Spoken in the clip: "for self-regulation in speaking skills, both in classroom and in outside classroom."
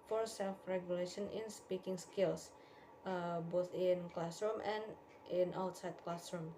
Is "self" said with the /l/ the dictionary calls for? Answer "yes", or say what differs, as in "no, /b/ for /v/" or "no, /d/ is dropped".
yes